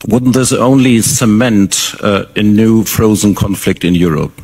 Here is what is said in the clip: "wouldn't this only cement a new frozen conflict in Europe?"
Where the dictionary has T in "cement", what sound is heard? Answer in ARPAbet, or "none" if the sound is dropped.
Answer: T